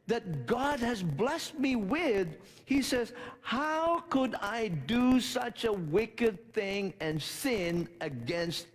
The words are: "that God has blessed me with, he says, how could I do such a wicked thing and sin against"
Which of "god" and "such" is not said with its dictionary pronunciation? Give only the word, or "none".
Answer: none